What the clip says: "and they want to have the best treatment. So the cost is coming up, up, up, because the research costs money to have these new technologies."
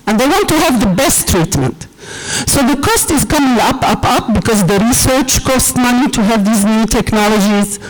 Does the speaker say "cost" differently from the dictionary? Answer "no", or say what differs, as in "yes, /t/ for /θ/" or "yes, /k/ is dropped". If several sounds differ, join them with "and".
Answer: no